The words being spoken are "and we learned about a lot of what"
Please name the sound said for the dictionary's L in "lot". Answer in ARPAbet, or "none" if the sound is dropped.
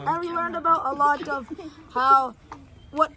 L